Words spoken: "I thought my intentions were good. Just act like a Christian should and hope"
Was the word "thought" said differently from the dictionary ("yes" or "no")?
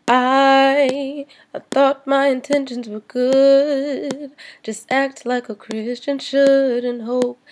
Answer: no